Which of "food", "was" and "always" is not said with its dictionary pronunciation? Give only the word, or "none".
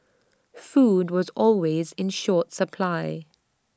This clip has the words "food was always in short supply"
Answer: none